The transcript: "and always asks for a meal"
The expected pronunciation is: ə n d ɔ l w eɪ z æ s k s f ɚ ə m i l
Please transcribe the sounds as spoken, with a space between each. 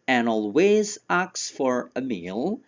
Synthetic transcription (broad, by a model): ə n ɔ l w eɪ z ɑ k s f ɚ ə m i l